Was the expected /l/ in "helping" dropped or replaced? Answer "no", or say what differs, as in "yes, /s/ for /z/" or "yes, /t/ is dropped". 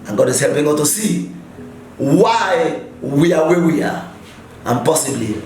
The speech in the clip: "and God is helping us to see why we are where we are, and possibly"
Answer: no